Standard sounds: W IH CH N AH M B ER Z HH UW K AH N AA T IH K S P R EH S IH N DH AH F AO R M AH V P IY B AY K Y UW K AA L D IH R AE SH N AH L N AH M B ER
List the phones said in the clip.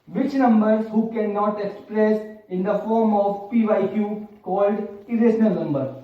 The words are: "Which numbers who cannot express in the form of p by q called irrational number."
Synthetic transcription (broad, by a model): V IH CH N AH M B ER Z HH UW K AH N AA T IH K S P R EH S IH N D AH F AO R M AH V P IY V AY K Y UW K AA L D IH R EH S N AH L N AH M B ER